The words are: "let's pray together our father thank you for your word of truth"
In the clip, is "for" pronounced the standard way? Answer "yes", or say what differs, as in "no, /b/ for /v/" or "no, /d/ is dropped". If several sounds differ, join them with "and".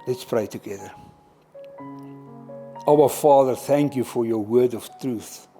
yes